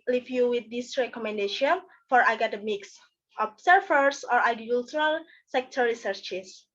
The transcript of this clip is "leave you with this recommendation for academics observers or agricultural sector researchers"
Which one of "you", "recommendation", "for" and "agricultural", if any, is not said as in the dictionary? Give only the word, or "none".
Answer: agricultural